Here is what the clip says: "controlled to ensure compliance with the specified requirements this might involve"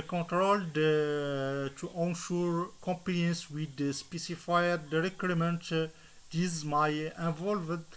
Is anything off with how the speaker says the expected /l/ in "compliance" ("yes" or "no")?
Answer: yes